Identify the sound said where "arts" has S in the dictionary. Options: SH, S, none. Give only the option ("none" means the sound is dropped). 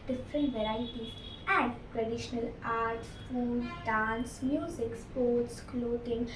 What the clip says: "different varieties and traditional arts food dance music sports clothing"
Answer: none